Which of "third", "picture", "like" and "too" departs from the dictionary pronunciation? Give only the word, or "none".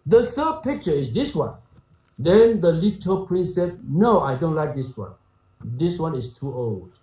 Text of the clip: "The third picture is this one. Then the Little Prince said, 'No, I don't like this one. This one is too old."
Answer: third